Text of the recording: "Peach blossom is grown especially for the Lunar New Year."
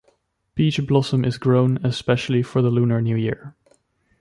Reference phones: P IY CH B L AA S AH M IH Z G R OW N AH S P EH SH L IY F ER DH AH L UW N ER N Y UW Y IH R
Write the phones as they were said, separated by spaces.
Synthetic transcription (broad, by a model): B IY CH B L AA S AH M IH Z G R OW N AH S P EH SH L IY F ER DH AH L UW N ER N Y UW Y IH R